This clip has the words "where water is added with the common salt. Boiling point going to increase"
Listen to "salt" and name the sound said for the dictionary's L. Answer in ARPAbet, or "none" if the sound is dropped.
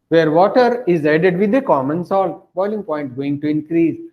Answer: L